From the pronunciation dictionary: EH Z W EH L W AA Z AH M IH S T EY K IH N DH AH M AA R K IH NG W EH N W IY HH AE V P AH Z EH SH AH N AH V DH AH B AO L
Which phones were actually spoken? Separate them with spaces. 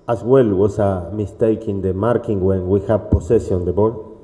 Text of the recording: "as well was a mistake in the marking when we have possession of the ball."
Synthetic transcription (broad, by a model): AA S W EH L W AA S AH M IH S T EY K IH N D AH M AA R K IH NG W EH N W IY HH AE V P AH S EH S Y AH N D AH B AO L